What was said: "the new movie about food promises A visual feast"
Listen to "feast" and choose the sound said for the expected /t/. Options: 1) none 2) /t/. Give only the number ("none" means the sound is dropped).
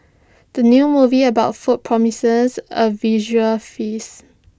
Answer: 1